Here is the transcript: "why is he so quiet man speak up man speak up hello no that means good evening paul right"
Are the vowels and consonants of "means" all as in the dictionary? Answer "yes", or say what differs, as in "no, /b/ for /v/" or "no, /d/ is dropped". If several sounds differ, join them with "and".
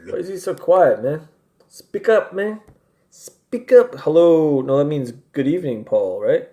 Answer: yes